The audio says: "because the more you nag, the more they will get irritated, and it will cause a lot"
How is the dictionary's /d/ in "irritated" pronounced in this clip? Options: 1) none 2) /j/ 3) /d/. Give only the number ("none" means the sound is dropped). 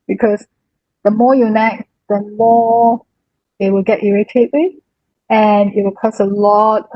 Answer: 1